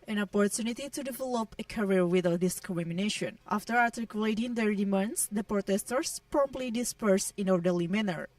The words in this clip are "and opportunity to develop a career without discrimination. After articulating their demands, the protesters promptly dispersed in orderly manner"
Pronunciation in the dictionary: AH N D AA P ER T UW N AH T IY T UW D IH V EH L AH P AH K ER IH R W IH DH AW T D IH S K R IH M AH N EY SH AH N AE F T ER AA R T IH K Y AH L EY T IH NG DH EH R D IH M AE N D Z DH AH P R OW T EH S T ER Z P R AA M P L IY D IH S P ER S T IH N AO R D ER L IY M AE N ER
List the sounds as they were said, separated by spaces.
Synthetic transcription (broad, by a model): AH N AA P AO T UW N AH T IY T UW D IH V EH L AH P AH K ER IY R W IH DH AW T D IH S K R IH M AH N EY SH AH N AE F T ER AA R T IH K Y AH L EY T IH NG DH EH R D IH M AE N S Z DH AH P R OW T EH S T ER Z P R AA M P L IY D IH S P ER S IH N AO R D ER L IY M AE N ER